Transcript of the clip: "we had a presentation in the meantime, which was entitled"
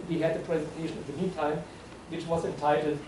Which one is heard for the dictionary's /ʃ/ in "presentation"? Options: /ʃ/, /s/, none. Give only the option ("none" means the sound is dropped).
/ʃ/